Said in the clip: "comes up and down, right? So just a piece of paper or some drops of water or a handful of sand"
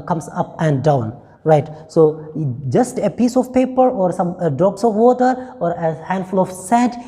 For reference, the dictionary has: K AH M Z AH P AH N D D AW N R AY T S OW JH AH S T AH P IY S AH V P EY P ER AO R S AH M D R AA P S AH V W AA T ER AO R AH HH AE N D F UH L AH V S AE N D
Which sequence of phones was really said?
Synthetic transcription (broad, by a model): K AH M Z AH P AH N D D AW N R AY T S OW JH AH S T AH P IY S AH V P EY P ER AO R S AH M D AA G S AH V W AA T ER AO R AH HH AE N D F UH L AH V S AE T